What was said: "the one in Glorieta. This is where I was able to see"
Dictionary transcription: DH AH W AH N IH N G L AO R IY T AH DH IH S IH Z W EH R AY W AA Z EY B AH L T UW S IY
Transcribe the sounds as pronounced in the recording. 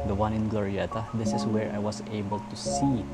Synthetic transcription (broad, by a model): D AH W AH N IH N G L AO R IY T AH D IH S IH S W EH R AY W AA S EY B AH L T UW S IY